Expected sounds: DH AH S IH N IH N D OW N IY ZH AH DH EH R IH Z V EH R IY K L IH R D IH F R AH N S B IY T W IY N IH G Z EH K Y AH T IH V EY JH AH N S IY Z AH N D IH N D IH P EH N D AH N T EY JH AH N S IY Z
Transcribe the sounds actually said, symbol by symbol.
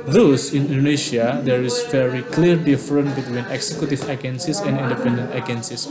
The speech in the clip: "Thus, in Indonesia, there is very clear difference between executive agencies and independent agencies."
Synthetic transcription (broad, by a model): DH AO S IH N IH N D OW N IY SH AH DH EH R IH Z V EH R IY K L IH R D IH F R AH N B IY T W IY N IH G S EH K Y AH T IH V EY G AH N S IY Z AH N D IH N D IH P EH N D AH N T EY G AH N S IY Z